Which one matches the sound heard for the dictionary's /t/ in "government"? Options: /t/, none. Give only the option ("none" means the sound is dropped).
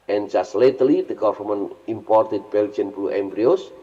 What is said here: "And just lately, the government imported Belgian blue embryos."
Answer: none